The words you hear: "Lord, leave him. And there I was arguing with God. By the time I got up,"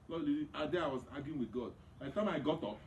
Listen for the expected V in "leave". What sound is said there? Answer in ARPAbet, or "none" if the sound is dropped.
none